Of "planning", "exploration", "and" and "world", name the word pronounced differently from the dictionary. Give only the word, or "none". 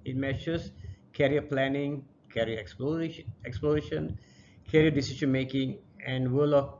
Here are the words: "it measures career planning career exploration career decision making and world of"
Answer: world